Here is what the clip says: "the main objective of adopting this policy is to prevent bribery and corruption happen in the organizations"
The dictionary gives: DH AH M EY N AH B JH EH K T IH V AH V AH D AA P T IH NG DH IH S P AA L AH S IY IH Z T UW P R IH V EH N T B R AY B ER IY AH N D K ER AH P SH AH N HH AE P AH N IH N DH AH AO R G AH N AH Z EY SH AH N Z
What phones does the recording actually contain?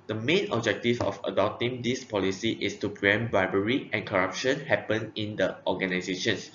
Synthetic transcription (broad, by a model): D AH M EY N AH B JH EH K T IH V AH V AH D AA P T IH NG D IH S P AA L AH S IY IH S T UW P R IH EH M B AY B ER IY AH N K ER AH P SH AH N HH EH P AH N IH N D AH AO G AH N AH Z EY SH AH N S